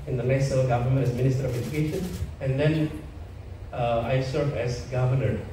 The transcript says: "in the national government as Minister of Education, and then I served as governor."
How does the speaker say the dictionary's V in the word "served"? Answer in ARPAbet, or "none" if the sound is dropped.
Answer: none